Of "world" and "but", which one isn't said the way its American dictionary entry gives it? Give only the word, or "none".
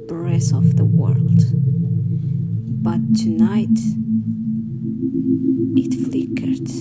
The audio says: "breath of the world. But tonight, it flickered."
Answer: none